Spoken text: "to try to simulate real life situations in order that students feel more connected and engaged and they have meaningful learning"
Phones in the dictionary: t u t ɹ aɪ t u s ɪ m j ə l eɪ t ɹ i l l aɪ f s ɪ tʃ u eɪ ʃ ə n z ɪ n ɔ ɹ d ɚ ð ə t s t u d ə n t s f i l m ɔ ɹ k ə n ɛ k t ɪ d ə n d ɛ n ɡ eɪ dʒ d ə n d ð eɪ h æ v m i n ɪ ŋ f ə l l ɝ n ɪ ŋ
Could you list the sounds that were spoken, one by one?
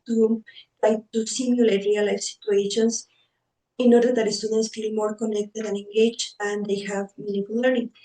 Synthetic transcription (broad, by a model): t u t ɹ aɪ t u s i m j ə l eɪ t ɹ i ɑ l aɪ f s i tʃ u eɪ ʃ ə n s ɪ n ɔ ɹ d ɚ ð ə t s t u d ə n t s f i l m ɔ ɹ k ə n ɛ k t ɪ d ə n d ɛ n ɡ eɪ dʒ ə n d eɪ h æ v m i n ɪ f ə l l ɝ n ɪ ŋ